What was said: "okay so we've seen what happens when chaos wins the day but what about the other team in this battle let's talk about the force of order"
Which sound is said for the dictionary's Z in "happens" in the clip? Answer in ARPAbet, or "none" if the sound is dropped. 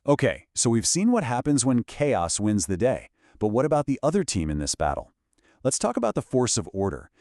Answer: Z